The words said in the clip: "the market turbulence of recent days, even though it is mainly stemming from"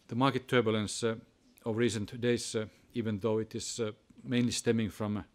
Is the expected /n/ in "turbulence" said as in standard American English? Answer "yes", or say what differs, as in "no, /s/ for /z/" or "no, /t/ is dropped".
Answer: yes